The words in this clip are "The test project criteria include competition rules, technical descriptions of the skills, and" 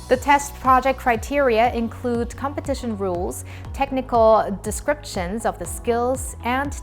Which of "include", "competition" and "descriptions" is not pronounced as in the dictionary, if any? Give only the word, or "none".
none